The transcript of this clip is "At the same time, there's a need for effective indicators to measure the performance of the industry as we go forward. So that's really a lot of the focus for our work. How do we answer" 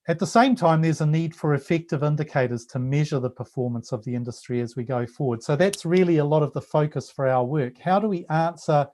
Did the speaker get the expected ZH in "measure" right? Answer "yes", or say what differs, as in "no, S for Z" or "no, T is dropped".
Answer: yes